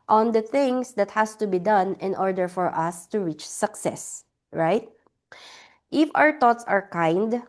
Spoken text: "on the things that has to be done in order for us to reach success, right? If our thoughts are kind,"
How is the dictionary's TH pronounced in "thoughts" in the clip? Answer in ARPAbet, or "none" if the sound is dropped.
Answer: T